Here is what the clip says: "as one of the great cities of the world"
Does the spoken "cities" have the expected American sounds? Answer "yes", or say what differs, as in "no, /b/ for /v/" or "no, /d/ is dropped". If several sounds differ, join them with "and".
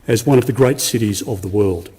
yes